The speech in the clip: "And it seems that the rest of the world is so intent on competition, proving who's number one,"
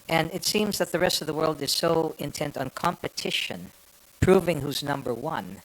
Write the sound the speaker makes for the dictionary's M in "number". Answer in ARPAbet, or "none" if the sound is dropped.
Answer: M